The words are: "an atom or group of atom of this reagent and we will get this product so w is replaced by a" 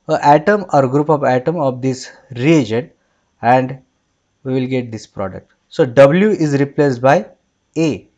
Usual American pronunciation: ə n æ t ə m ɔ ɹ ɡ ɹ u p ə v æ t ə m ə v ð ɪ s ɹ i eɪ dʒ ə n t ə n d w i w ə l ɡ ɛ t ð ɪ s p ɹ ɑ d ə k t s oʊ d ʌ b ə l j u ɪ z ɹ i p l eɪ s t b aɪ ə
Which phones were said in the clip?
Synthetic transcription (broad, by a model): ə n æ t ə m ɔ ɹ ɡ ɹ u p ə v æ t ə m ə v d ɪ s ɹ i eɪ dʒ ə n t ə n d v i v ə l ɡ ɛ t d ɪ s p ɹ ɑ d ə k t s oʊ d ʌ b ə l j u ɪ z ɹ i p l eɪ s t b aɪ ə